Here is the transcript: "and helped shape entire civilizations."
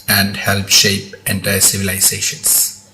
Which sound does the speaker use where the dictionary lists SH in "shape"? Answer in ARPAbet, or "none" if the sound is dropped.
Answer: SH